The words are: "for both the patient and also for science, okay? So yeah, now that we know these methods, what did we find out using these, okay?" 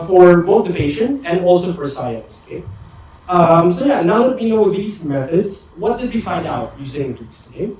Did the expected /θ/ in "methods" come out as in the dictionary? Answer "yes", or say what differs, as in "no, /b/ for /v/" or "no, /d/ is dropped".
yes